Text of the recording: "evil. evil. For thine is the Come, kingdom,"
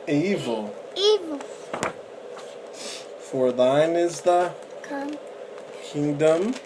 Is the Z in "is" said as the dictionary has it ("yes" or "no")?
yes